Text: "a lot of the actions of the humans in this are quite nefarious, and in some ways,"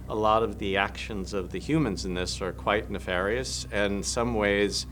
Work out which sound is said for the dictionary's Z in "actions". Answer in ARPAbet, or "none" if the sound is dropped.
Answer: Z